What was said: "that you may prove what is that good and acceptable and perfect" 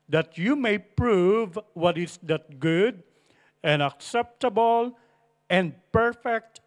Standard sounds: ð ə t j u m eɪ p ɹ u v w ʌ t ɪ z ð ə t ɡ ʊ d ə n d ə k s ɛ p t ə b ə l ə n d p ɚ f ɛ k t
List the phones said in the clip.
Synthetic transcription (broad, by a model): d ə t j u m eɪ p ɹ u v w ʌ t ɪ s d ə t ɡ ʊ d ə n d ə k s ɛ p t ə b ə l ə n d p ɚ f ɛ k t